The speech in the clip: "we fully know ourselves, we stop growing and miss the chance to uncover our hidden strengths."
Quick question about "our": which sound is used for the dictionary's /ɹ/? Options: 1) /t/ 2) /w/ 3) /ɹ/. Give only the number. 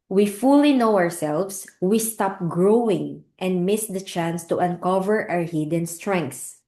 3